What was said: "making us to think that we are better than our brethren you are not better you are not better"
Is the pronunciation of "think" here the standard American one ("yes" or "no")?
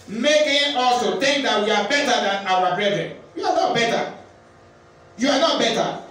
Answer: no